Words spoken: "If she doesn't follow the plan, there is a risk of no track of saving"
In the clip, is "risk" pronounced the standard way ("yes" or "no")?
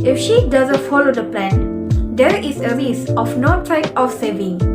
no